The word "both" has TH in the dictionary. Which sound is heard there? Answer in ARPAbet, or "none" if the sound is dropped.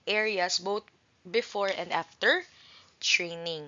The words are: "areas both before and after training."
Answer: T